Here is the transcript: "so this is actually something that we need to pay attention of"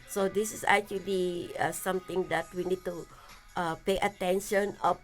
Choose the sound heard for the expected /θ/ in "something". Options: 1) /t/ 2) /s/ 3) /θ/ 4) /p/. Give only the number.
1